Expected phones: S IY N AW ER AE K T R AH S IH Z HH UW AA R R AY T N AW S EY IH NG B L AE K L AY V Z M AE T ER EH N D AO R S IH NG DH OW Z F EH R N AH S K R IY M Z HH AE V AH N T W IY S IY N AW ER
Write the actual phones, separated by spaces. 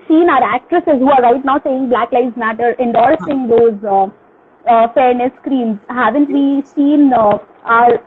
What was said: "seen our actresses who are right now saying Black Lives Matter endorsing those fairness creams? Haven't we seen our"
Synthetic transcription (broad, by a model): S IY N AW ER AE K T R AH S IH Z HH UW AA R R AY T N AW S EY IH NG B L AE K L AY Z M AE T ER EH N D AO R S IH NG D OW Z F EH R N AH S K R IY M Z HH AE V AH N T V IY S IY N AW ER